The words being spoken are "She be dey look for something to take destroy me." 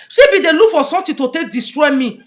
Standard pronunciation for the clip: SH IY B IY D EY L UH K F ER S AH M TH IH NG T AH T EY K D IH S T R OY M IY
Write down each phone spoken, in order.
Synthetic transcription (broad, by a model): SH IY B IY D EY L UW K F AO S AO M T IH T AH T EY K D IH S T R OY M IY